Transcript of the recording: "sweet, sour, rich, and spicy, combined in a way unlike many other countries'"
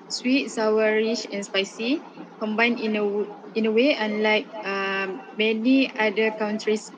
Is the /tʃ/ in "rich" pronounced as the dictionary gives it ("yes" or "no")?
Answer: no